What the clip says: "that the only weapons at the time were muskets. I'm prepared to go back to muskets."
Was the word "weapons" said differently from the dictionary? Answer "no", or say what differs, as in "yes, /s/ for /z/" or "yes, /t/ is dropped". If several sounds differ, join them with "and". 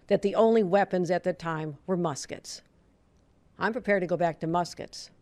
no